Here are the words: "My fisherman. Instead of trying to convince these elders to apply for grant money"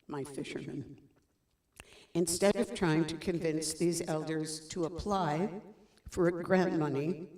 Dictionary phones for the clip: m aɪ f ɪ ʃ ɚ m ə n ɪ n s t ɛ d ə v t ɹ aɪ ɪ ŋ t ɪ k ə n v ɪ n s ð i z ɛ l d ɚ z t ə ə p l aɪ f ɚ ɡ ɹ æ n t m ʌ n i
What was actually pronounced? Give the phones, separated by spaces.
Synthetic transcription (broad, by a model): m aɪ f ɪ ʃ ɚ m ə n ɪ n s t ɛ d ə v t ɹ aɪ ɪ ŋ t ɪ k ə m v ɪ n s ð i z ɛ l d ɚ z t ə ə p l aɪ f ɚ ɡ ɹ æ n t m ʌ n i